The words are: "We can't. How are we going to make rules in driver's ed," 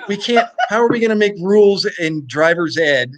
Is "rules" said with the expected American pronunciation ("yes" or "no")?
yes